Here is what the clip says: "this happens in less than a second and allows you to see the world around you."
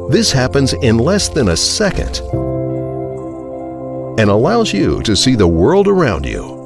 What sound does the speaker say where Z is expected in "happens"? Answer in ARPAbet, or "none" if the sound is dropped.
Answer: Z